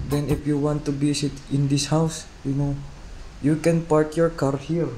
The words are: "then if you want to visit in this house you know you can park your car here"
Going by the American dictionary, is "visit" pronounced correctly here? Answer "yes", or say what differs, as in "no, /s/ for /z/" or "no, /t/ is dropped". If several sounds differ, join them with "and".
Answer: no, /b/ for /v/